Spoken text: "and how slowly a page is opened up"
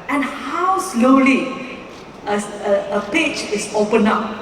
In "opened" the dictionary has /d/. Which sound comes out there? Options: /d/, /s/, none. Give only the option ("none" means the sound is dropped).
none